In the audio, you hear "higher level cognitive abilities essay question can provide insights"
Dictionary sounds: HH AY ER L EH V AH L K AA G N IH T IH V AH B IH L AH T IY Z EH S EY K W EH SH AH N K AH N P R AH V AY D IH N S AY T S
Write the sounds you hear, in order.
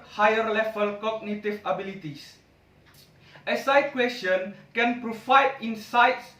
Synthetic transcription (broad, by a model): HH AY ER L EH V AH L K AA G N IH T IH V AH B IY L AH T IY S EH S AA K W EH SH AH N K AH N P R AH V AY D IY N S AY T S